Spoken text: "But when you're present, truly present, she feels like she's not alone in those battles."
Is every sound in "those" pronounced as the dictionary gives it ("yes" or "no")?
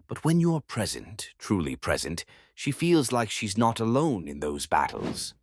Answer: yes